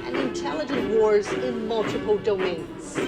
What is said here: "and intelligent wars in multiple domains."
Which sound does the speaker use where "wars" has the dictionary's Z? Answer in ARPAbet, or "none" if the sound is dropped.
Z